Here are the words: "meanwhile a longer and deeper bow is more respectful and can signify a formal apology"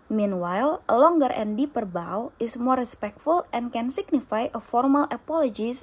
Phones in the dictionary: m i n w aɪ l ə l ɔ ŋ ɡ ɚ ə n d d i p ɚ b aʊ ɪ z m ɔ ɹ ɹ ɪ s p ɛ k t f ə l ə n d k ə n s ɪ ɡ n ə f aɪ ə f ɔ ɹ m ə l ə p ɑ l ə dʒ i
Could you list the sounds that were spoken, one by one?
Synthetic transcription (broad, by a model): m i n w aɪ l ə l ɔ ŋ ɡ ɚ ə n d d i p ɚ b aʊ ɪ s m ɔ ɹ ɹ ɪ s p ɛ k t f ə l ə n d k ə n s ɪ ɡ n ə f aɪ ə f ɔ ɹ m ə l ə p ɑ l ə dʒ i